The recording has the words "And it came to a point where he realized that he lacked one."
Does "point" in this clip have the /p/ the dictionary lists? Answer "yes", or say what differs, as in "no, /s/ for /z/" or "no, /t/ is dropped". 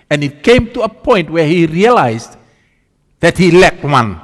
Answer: yes